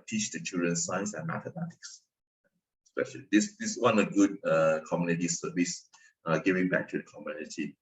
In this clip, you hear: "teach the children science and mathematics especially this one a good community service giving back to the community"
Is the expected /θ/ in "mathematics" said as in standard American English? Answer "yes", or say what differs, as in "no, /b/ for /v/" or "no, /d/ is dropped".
no, /t/ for /θ/